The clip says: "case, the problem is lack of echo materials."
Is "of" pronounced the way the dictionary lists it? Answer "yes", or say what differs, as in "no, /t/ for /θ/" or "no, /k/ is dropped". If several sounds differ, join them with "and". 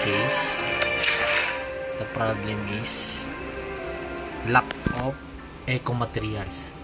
no, /p/ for /v/